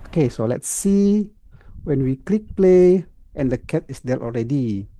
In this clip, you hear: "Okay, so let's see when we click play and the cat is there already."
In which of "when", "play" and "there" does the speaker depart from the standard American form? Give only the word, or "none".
there